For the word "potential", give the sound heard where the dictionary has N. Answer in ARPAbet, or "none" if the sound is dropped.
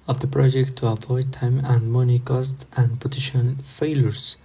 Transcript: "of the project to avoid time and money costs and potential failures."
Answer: none